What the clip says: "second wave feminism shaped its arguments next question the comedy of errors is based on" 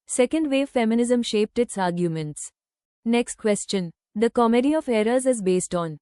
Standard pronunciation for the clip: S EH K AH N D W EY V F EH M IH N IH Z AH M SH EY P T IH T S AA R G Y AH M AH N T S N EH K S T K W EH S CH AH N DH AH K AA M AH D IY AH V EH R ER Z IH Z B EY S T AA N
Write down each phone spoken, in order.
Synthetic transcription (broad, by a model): S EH K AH N D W EY F EH M IH N IH Z AH M SH EY P T IH T S AA R G Y AH M AH N T S N EH K S T K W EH S CH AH N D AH K AA M AH D IY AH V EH R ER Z IH Z B EY S T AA N